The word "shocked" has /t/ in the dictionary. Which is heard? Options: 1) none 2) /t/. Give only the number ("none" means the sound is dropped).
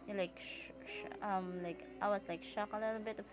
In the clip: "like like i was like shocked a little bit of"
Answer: 1